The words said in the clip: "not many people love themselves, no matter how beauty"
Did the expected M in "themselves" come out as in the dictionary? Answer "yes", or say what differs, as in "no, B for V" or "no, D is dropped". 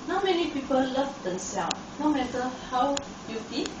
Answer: no, M is dropped